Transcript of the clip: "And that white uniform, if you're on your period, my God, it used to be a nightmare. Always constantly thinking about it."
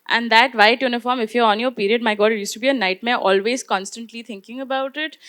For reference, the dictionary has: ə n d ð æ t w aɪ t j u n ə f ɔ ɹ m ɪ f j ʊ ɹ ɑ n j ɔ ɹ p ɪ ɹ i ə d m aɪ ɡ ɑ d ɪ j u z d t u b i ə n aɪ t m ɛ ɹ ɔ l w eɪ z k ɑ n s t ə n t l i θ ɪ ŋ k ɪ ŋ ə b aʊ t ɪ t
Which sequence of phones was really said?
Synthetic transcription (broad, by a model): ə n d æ t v aɪ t j u n ə f ɔ ɹ m ɪ f j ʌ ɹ ɑ n j ɔ ɹ p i ɹ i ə d m aɪ ɡ ɑ d ɪ j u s t u b i ə n aɪ t m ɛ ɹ ɔ l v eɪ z k ɑ n s t ə n t l i t ɪ ŋ k ɪ ŋ ə b aʊ t ɪ t